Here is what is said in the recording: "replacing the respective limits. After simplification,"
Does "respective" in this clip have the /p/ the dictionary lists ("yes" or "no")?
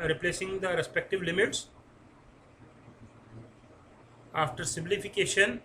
yes